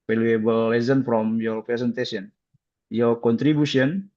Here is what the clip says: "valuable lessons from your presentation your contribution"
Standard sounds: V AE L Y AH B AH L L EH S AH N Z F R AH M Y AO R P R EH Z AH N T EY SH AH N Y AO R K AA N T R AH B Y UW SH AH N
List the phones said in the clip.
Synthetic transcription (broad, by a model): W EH L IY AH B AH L L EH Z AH N F R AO M Y AO R P R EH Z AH N T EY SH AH N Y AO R K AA N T R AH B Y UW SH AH N